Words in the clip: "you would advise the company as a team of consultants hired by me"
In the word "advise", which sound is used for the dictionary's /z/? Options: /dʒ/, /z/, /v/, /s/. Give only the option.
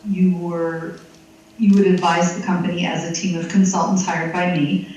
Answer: /z/